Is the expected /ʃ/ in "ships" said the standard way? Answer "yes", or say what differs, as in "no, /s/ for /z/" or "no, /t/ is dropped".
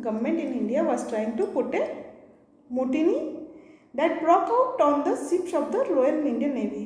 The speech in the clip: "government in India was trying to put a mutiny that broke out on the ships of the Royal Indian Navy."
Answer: no, /s/ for /ʃ/